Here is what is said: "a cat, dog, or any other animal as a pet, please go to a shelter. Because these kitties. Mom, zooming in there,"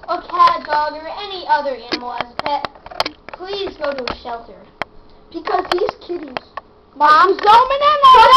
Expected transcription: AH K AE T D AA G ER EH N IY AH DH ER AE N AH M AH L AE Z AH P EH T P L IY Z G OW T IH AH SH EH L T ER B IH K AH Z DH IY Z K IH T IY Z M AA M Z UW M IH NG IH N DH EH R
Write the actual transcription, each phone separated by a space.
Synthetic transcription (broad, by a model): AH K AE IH D AA G ER EH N IY AH DH ER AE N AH M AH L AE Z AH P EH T P L IY Z G OW T IH AH SH EH L T ER B IH K AH Z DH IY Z K IH T IY Z M AA M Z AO IH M IH N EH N